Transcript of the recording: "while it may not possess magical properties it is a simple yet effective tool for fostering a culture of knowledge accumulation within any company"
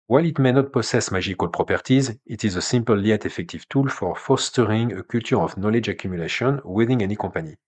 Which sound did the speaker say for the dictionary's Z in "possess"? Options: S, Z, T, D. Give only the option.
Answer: S